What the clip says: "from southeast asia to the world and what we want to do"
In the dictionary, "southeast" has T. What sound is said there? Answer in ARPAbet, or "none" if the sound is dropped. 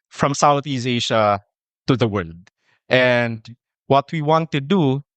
none